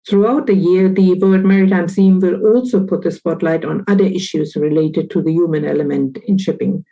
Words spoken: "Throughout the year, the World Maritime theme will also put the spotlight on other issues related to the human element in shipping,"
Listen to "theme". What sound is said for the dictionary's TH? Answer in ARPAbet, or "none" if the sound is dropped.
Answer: S